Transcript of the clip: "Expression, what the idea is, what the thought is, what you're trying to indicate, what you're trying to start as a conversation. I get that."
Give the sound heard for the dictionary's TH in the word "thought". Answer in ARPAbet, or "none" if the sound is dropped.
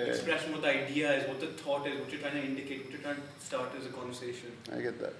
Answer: T